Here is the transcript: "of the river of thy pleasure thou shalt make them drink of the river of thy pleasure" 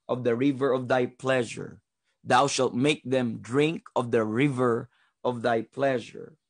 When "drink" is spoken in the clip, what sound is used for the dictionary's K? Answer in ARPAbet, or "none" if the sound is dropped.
K